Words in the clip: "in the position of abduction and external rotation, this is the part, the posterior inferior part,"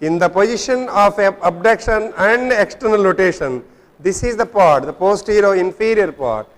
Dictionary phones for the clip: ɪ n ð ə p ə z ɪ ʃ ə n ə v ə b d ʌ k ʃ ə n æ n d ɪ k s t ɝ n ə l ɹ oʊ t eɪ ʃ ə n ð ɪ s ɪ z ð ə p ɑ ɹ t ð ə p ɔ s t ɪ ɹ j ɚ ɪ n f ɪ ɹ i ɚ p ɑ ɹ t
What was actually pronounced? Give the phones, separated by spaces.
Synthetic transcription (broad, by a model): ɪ n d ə p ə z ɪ ʃ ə n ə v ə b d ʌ k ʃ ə n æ n d ɪ k s t ɝ n ə l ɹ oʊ t eɪ ʃ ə n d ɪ s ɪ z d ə p ɑ ɹ t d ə p ɔ s t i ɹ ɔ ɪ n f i ɹ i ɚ p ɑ ɹ t